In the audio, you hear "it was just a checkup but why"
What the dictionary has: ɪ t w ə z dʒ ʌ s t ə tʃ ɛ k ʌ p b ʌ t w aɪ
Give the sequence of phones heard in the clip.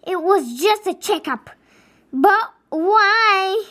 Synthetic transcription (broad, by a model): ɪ t w ə z dʒ ʌ s t ə tʃ ɛ k ʌ p b ʌ t w aɪ